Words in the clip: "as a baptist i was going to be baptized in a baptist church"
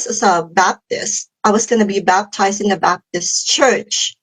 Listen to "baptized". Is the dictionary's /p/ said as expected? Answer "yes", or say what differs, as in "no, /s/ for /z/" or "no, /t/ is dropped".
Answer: yes